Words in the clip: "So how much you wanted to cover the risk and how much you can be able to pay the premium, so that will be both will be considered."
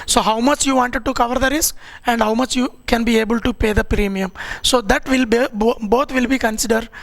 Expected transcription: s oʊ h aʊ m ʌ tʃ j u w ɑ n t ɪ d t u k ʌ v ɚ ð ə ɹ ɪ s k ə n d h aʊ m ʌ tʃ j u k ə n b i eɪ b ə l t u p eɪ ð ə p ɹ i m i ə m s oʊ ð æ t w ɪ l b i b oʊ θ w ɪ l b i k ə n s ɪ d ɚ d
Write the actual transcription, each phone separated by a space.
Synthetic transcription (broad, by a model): s oʊ h aʊ m ʌ tʃ j u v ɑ n t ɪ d t u k ʌ v ɚ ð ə ɹ ɪ s k ə n d h aʊ m ʌ tʃ j u k ə n b i eɪ b ə l t u p eɪ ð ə p ɹ i m i ə m s oʊ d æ t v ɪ l b b oʊ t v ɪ l b i k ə n s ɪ d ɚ d